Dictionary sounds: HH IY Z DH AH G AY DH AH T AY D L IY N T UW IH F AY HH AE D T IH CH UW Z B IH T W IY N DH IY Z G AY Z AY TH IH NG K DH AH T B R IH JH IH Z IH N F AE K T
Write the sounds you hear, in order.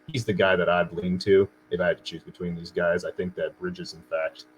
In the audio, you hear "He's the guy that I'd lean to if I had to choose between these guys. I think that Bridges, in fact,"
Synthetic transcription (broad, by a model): HH IY Z DH AH G AY DH AH T AY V L IY N T UW IH F AY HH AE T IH CH UW Z B IH T W IY N DH IY Z G AY Z AY TH IH NG K DH AH T B R IH JH IH Z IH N F AE K T